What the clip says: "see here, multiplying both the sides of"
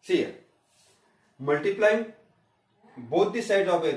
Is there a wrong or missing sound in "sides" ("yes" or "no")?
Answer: yes